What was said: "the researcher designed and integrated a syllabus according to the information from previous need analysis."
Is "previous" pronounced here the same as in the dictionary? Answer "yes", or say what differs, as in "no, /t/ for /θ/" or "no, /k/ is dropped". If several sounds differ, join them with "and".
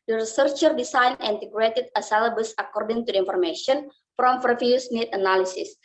no, /f/ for /p/